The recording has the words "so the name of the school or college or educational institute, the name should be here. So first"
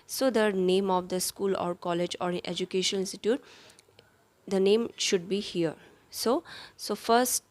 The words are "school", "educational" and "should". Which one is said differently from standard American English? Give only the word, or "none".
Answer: educational